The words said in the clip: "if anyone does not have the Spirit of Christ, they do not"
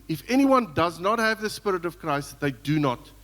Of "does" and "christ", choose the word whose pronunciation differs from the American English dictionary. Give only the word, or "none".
none